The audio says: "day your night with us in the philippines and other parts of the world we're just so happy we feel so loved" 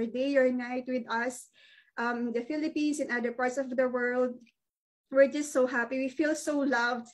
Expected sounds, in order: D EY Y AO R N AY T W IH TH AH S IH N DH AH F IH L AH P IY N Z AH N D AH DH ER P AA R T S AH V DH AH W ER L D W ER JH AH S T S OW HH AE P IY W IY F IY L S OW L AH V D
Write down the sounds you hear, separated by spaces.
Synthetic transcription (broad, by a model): D EY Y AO R N AY T W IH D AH S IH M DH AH F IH L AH P IY N S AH N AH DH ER P AA R T S AH V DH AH W ER L D W ER JH AH S T S OW HH AE P IY W IY F IY L S OW L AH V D